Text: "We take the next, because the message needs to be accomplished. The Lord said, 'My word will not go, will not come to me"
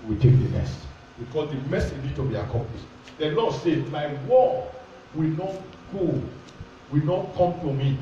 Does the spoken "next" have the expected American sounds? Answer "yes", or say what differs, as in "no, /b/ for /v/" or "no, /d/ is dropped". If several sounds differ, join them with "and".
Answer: no, /k/ is dropped